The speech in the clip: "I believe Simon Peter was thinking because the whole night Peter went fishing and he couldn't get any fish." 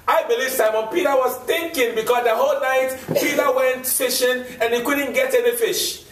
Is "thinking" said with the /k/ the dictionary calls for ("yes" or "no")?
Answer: yes